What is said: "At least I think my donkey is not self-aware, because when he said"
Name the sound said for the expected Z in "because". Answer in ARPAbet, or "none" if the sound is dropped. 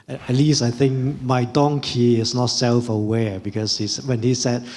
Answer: S